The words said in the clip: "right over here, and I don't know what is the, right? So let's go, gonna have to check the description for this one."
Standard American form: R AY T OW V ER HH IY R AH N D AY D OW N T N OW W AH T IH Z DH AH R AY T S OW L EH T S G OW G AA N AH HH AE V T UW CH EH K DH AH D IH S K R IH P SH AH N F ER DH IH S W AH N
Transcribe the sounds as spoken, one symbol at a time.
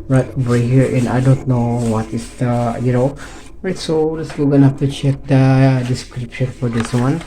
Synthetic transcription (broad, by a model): R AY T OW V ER HH IY R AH N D AY D OW N T N OW W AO T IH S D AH R AY T S OW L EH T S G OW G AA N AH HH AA F T UW CH EH K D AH D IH S K R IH P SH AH N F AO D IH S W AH N